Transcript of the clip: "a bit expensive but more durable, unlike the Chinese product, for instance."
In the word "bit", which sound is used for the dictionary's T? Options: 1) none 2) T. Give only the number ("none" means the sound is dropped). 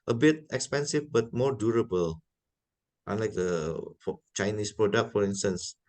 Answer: 2